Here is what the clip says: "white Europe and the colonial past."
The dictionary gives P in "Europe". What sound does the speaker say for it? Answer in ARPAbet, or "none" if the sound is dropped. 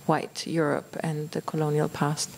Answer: P